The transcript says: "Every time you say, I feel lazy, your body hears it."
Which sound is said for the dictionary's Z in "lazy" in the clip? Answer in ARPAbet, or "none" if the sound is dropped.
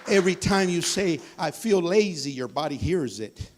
Z